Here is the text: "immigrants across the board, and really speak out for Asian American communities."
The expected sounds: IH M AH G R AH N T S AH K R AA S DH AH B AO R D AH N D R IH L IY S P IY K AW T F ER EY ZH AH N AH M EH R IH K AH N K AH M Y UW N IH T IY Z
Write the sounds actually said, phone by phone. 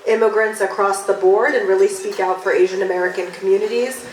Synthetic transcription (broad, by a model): IH M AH G R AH N T S AH K R AA S DH AH B AO R D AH N R IH L IY S P IY K AW T F ER EY ZH AH N AH M EH R IH K AH N K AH M Y UW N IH T IY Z